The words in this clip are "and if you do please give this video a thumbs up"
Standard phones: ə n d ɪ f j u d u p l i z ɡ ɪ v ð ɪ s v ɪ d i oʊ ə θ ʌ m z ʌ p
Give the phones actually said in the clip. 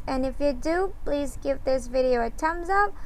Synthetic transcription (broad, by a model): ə n ɪ f j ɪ d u p l i z ɡ ɪ v ð ɪ s v ɪ d i oʊ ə t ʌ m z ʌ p